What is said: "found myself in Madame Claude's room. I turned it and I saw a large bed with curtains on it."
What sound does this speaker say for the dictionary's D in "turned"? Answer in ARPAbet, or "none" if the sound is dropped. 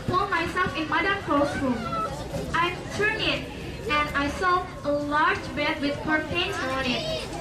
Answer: none